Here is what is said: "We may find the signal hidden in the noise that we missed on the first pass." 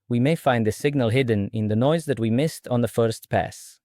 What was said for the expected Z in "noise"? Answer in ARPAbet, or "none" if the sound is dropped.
Z